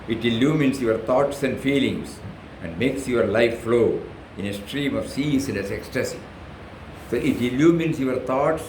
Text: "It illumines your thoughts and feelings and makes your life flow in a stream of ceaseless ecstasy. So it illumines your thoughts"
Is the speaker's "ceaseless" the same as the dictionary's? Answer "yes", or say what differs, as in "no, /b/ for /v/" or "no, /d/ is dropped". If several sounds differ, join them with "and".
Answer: no, /n/ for /l/